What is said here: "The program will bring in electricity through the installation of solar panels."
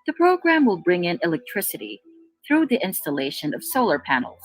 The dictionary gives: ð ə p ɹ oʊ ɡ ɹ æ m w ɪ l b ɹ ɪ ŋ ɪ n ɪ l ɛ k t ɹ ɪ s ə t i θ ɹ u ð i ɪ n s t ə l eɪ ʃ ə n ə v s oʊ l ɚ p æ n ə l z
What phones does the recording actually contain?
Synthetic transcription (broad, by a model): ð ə p ɹ oʊ ɡ ɹ æ m w ɪ l b ɹ ɪ ŋ ɪ n ɪ l ɛ k t ɹ ɪ s ə t i θ ɹ u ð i ɪ n s t ə l eɪ ʃ ə n ə v s oʊ l ɚ p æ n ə l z